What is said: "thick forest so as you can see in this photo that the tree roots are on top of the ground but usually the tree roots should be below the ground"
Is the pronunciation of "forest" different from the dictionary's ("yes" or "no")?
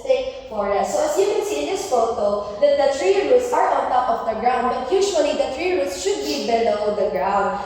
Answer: yes